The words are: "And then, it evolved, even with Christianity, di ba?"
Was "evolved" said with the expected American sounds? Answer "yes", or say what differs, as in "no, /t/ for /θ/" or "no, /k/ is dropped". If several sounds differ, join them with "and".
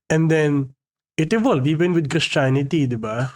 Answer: no, /d/ is dropped